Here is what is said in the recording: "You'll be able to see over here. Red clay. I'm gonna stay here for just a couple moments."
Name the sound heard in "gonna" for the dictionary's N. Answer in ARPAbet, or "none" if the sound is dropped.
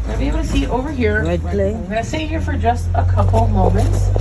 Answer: none